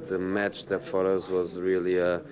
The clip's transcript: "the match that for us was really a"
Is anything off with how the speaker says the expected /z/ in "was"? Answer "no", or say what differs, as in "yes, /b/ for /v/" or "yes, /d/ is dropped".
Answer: no